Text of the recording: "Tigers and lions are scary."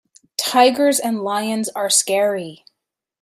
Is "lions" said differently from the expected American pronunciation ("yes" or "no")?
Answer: no